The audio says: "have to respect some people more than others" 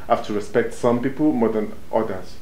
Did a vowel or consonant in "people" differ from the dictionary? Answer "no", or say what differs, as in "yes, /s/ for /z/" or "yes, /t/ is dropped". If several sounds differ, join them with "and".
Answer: no